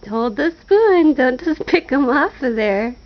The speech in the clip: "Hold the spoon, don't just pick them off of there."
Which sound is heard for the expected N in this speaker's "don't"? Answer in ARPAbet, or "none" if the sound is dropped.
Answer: N